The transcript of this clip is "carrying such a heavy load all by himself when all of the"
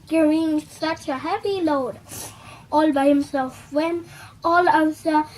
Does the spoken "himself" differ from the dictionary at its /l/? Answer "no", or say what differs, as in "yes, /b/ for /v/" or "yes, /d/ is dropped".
no